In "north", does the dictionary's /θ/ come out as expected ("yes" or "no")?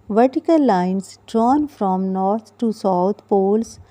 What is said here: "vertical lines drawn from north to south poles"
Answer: no